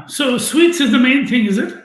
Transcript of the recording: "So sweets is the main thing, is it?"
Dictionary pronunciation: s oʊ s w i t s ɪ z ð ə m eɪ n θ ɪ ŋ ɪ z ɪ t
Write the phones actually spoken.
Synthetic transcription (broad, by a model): s oʊ s w i t s ɪ z ð ə m eɪ n θ ɪ ŋ ɪ z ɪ t